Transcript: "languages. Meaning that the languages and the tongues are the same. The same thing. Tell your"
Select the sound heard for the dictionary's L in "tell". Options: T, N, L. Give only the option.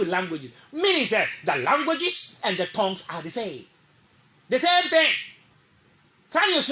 N